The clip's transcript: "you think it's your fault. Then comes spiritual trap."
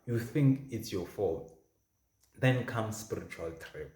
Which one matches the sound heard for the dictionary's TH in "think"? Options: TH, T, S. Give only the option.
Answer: TH